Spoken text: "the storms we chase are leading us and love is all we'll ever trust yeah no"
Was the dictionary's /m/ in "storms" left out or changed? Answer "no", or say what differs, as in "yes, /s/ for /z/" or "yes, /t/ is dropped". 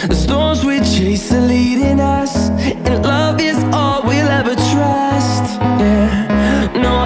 yes, /m/ is dropped